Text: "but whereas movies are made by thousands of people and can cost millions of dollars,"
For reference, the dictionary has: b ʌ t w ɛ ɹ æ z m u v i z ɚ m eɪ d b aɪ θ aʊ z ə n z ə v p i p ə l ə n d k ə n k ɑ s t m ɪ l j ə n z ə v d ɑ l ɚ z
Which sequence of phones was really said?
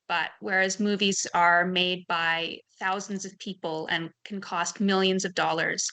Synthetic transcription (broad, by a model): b ʌ t w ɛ ɹ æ z m u v i z ɚ m eɪ d b aɪ θ aʊ z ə n z ə v p i p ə l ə n k n k ɑ s t m ɪ l j ə n z ə v d ɑ l ɚ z